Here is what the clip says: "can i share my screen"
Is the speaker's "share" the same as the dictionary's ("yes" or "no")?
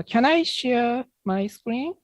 yes